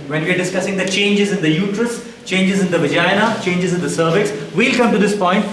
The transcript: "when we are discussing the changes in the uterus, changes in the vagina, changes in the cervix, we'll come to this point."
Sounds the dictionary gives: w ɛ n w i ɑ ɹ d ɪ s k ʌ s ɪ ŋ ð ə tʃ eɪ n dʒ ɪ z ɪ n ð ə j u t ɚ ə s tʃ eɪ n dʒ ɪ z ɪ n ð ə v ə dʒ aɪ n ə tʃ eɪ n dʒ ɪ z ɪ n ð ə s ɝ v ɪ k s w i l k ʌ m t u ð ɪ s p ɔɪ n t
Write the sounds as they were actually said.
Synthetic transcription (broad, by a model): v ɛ n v i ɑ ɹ d ɪ s k ʌ s ɪ ŋ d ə tʃ eɪ n dʒ ɪ z ɪ n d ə j u t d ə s tʃ eɪ n dʒ ɪ z ɪ n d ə v ə dʒ aɪ n ə tʃ eɪ n dʒ ɪ z ɪ n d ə s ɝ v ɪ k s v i l k ʌ m t u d ɪ s p ɔɪ n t